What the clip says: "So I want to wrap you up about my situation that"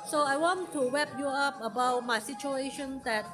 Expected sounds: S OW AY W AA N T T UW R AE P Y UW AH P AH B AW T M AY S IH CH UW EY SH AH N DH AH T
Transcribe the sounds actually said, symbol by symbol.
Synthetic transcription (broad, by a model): S OW AY W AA N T T UW W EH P Y UW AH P AH B AW T M AY S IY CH UW EY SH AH N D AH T